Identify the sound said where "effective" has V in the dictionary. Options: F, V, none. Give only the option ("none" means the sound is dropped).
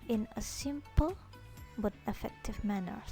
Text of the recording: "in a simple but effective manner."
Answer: V